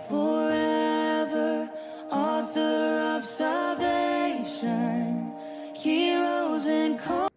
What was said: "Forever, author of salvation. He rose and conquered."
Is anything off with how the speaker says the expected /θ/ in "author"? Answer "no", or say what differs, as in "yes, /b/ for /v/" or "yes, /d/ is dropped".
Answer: no